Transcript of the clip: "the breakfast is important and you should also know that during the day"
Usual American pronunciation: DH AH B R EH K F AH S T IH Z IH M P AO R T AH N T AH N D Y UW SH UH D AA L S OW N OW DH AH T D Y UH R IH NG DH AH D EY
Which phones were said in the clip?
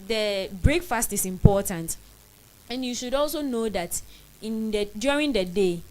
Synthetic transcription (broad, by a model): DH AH B R EH K F AH S T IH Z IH M P AO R T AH N T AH N Y UW SH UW D AA L S OW N OW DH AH T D Y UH R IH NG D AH D EY